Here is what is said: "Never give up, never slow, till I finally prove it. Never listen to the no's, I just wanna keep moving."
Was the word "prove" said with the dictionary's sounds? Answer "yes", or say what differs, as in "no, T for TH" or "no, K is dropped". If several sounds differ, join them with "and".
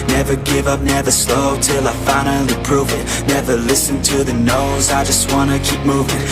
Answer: yes